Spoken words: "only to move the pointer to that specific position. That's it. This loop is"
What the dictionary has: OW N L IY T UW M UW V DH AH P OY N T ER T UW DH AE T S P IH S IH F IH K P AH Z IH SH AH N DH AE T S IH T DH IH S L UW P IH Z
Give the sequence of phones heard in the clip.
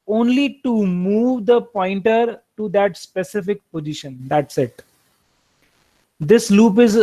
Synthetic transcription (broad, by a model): OW N L IY T UW M UW V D AH P OY N T ER T UW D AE T S P IH S IH F IH K P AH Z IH SH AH N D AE T S IH T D IH S L UW P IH Z